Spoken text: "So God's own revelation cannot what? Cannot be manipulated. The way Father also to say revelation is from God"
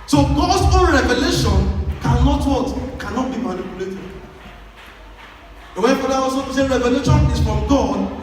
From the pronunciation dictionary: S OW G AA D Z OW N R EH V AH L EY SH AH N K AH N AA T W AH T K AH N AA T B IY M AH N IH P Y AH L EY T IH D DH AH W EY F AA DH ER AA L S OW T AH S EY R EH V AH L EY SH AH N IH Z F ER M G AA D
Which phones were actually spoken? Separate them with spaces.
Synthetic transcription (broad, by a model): S OW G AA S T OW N R EH V AH L EY SH AH N K AH N AA T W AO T K AH N AA T B IY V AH L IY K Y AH L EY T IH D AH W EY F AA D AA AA S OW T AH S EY R EH V AH L EY SH AH N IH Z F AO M G AA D